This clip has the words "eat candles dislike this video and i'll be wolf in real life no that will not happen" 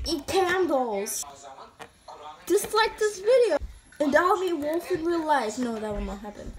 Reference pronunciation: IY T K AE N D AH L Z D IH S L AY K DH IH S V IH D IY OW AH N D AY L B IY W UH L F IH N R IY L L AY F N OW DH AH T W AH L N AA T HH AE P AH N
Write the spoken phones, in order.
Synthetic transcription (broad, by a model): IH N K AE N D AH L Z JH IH S L AY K DH IH S V IH D IY OW AH N D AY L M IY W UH F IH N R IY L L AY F N OW DH AH T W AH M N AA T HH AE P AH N